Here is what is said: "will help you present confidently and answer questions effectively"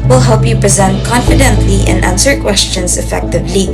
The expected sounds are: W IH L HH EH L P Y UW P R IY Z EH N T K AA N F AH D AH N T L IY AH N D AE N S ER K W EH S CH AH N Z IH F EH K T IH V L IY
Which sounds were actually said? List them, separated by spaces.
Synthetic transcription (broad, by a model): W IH L HH EH L P Y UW P R IY Z EH N T K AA N F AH D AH N T L IY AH N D AE N S ER K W EH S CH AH N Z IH F EH K T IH V L IY